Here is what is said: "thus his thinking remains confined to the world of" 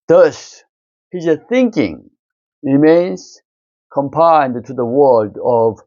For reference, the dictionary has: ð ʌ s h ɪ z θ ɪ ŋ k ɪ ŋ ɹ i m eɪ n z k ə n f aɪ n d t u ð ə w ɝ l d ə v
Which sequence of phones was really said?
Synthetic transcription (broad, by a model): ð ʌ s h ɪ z θ ɪ ŋ k ɪ ŋ ɹ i m eɪ n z k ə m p aɪ n d t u ð ə w ɝ l d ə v